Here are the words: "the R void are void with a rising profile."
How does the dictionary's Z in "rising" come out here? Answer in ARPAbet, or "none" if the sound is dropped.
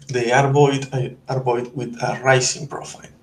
S